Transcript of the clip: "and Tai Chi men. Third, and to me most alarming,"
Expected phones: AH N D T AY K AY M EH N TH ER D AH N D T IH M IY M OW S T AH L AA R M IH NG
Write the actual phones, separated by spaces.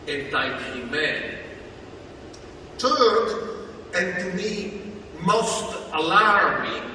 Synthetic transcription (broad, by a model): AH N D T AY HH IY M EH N T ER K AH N T IH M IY M OW S T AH L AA R M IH